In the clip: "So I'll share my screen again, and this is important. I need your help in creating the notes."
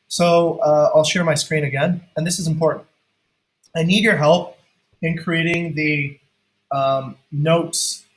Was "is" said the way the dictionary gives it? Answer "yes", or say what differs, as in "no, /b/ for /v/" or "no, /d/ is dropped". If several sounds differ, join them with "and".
yes